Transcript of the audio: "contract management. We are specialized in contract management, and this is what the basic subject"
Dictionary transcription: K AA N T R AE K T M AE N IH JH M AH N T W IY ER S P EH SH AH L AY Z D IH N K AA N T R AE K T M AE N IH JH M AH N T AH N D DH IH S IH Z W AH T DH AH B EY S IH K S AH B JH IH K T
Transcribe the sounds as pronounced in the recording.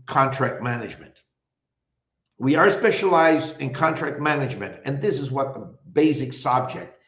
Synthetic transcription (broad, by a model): K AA N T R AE K T M AE N IH JH M AH N T W IY ER S P EH SH AH L AY Z D IH N K AA N T R AE K T M AE N IH JH M AH N T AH N DH IH S IH Z W AH T DH AH B EY S IH K S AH B JH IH K T